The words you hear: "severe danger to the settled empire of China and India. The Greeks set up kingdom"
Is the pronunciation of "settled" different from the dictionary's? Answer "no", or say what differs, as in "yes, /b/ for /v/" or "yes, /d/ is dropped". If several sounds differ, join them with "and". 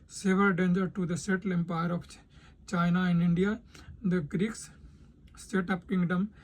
yes, /d/ is dropped